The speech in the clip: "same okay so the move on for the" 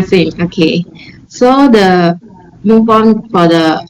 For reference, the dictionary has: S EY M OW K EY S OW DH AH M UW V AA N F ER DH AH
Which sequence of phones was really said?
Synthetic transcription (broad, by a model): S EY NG OW K EY S OW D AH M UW P AA N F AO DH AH